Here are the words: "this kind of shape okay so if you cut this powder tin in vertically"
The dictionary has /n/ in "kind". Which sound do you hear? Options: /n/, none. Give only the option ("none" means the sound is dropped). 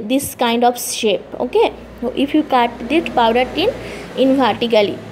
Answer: /n/